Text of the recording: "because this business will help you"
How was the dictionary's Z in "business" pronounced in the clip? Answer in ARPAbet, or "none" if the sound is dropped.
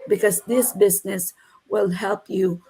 Z